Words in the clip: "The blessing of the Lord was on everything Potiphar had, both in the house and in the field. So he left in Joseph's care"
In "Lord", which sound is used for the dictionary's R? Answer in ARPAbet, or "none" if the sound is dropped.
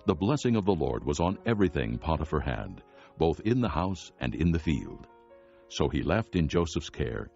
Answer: R